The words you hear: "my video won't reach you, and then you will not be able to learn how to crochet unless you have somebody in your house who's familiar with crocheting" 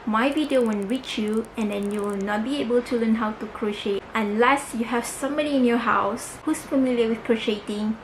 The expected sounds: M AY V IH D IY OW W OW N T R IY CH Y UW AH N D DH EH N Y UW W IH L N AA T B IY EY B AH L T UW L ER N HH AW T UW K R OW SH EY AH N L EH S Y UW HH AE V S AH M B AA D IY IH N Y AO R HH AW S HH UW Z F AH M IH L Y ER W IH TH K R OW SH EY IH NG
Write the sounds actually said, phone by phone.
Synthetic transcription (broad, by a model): M AY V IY D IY OW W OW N R IY CH Y UW AH N D EH N Y UW W IH L N AA T B IY EY B AH L T UW L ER N HH AW T UW K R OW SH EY AH N L EH S Y UW HH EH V S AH M B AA D IY IH N Y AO HH AW S HH UW S F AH M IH L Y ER W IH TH K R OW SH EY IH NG